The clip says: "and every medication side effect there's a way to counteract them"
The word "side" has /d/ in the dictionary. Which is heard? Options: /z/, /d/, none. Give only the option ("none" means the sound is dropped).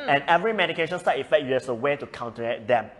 none